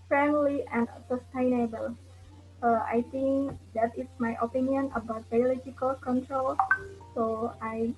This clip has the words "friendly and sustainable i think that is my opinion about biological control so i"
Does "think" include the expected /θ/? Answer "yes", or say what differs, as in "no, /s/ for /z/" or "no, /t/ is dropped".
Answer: no, /t/ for /θ/